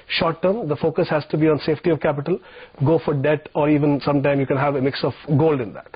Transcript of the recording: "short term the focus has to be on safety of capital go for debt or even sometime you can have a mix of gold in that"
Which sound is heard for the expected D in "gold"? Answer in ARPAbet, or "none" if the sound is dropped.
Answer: D